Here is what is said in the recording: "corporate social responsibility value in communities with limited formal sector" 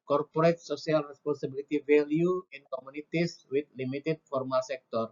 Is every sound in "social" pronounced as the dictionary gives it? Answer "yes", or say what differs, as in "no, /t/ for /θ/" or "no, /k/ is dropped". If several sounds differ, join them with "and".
no, /s/ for /ʃ/